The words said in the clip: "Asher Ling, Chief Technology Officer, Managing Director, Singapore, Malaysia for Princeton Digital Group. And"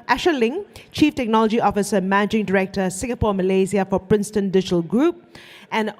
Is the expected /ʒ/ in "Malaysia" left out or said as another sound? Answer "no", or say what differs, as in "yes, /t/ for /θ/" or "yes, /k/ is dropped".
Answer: yes, /z/ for /ʒ/